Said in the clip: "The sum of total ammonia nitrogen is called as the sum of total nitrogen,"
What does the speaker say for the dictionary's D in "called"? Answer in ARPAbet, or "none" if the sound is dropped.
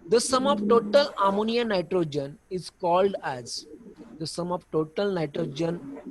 D